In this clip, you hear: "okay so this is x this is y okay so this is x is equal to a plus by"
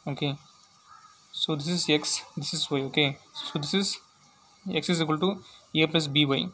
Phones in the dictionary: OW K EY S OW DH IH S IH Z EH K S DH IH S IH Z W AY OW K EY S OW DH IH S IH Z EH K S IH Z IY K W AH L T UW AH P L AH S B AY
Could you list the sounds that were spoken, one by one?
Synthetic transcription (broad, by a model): OW K EY S OW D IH S IH Z EH K S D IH S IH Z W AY OW K EY S OW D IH S IH Z EH K S IH Z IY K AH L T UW AH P AH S B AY